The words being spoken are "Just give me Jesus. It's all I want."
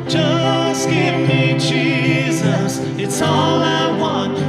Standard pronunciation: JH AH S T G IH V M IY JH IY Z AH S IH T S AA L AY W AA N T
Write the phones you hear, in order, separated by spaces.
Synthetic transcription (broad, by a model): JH AH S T G IH V M IY JH IY Z AH S IH T S AA L AY W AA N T